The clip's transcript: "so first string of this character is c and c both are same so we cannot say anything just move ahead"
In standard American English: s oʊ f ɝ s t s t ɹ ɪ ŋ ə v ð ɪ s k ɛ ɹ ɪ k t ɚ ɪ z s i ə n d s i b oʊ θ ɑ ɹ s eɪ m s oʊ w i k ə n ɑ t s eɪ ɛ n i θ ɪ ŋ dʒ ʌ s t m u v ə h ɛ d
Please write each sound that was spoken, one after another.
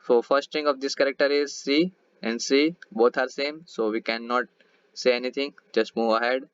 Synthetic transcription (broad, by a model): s oʊ f ɝ s t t ɪ ŋ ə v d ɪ s k ɛ ɹ ɪ k t ɚ ɪ z s i ə n d s i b oʊ t ɑ ɹ s eɪ m s oʊ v i k ə n ɑ t s eɪ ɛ n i t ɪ ŋ dʒ ʌ s t m u v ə h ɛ d